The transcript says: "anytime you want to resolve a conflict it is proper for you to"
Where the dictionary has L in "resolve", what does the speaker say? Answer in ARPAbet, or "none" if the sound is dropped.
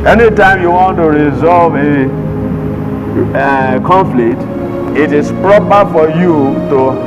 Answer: L